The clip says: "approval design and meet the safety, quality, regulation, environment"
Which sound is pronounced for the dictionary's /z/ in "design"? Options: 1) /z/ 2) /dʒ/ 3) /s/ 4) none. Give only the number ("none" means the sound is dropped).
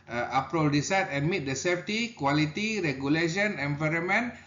3